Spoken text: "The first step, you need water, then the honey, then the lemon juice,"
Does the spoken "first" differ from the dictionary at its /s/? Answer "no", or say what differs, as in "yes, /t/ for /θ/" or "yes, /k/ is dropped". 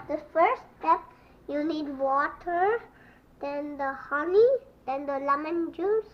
yes, /s/ is dropped